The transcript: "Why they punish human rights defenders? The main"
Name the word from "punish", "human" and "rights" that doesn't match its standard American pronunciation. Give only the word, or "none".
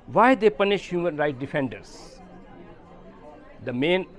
rights